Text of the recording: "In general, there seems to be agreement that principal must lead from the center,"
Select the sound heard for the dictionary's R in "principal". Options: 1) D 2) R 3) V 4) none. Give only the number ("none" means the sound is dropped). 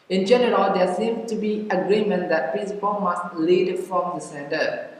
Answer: 4